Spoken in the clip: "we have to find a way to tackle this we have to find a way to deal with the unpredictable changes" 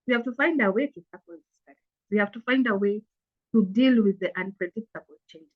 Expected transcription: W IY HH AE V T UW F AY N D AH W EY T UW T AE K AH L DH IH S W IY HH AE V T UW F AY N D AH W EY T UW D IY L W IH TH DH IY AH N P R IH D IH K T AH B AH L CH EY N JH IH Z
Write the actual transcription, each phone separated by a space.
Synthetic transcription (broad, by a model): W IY HH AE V T UW F AY N D AH W EY T UW S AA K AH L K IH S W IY HH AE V T UW F AY N D AH W EY T UW D IY L W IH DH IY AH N P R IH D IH K T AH B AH L CH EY N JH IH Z